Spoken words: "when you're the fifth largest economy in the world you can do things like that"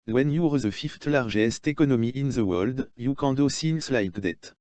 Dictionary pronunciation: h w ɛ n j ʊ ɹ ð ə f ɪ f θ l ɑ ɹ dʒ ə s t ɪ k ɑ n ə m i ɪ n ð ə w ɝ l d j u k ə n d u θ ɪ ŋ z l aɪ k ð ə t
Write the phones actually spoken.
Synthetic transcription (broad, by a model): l w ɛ n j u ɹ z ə f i f t l ɑ ɹ ʒ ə s t ɪ k ɑ n ə m i ɪ n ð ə w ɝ l d j u k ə d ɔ s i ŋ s l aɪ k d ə t